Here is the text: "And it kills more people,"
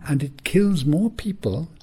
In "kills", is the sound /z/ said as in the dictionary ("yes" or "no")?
yes